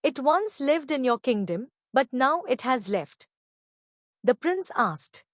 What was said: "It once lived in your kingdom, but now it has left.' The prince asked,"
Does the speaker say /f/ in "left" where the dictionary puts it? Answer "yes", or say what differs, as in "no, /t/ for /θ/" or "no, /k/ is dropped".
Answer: yes